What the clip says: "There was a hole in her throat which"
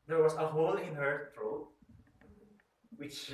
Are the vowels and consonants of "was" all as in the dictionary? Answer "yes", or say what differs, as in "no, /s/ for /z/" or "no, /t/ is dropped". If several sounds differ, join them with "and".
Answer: no, /s/ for /z/